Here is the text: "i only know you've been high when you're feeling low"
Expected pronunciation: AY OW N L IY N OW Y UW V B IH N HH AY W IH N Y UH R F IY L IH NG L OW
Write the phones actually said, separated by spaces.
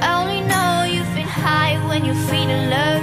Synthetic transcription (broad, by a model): OW N L IY N OW Y UW V B IH N HH AY W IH N Y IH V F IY N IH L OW